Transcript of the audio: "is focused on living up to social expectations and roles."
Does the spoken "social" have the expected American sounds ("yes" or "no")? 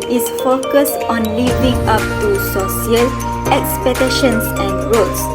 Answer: no